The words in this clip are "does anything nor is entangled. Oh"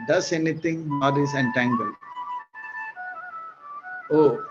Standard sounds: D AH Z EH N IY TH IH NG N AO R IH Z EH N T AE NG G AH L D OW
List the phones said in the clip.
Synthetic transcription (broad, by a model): D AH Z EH N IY T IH NG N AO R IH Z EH N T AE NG G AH L OW